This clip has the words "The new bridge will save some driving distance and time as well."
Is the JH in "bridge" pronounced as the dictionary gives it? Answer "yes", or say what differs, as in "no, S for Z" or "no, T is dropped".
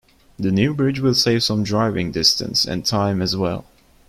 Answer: yes